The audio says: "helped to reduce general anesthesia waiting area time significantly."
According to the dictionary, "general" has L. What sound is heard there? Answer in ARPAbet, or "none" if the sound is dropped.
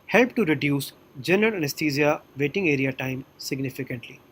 N